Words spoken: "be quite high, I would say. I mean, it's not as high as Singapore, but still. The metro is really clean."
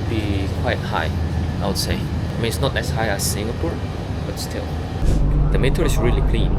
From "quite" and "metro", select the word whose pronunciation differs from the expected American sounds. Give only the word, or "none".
metro